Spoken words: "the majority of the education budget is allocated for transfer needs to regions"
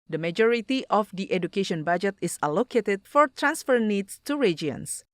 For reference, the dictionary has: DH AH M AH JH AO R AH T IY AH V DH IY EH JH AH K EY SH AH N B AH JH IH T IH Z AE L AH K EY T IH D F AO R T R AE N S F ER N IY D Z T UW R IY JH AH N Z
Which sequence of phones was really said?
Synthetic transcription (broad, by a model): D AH M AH JH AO R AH T IY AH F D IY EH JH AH K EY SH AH N B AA JH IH T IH S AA L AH K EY T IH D F AO R T R AE N S F ER N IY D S T UW R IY JH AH N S